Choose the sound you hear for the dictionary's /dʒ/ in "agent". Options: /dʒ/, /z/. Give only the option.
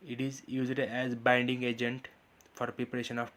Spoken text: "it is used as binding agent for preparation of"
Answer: /dʒ/